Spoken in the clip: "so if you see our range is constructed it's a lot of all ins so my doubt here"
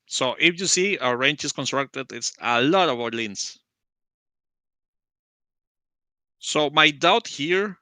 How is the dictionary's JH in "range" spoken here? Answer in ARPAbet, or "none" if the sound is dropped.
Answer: CH